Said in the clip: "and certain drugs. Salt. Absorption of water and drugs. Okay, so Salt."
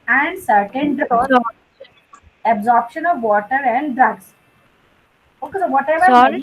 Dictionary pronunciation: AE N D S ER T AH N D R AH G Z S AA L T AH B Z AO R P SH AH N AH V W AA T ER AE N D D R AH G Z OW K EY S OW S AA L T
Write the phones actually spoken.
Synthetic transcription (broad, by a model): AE N D S ER T AH N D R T AH B Z AO R P SH AH N AH V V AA T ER AE N D D R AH G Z OW K EY S OW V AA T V